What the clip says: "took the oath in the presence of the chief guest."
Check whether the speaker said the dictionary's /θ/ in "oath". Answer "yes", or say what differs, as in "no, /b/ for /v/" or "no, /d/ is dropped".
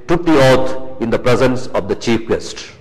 no, /t/ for /θ/